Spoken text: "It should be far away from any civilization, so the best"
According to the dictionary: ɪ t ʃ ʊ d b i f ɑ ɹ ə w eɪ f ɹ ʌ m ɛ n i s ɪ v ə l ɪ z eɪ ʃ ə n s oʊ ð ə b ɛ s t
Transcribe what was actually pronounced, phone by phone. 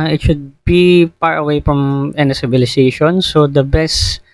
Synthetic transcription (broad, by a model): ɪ t ʃ ʊ d b i p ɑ ɹ ə w eɪ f ɹ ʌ m ɛ n i s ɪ b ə l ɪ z eɪ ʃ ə n s oʊ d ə b ɛ s t